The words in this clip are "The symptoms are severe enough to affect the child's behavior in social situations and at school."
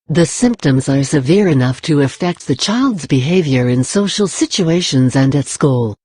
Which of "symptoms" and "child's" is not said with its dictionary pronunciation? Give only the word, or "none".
none